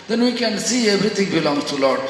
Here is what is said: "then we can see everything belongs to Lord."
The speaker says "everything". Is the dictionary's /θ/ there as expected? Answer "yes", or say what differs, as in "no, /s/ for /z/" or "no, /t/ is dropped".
no, /t/ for /θ/